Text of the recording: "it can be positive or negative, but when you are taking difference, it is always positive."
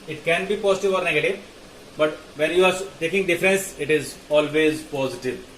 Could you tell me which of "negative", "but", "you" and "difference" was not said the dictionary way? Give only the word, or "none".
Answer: none